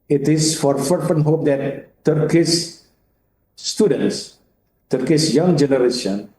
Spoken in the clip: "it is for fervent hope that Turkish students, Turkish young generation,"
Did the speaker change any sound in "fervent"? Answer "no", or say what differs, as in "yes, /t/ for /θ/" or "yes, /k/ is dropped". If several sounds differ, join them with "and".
yes, /p/ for /v/